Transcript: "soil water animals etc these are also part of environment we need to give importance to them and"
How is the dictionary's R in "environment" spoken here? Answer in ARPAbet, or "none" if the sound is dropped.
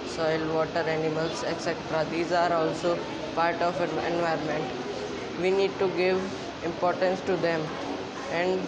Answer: none